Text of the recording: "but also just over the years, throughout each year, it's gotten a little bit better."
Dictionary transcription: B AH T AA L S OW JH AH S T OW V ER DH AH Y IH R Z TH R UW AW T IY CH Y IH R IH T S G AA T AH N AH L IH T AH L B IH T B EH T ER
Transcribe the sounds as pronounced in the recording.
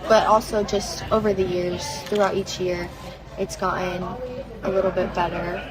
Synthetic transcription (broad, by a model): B AH T AA L S OW JH AH S T OW V ER DH AH Y IH R Z TH R UW AW T IY CH Y IH R IH T S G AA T N AH L IH T L B IH T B EH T ER